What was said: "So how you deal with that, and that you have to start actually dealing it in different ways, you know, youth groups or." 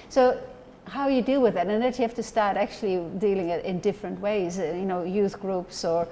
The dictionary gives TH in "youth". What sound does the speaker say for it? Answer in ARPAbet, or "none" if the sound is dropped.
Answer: TH